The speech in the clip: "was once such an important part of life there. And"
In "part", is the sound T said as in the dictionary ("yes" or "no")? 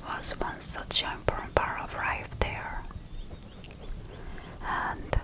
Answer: no